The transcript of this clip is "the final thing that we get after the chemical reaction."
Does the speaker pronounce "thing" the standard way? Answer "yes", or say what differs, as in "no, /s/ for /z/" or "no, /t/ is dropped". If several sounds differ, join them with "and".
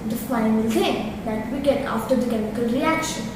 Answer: no, /s/ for /θ/